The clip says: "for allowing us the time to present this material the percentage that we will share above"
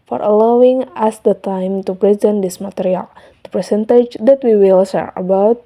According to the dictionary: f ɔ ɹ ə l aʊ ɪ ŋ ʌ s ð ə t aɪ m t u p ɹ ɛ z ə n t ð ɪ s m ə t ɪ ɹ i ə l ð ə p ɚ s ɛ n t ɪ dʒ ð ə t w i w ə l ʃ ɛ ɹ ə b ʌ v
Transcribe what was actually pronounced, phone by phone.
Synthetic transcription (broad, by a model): f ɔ ɹ ə l aʊ ɪ ŋ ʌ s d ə t aɪ m t u p ɹ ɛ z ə n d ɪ s m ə t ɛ ɹ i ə l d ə p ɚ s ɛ n t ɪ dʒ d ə t w i w ə l s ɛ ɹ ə b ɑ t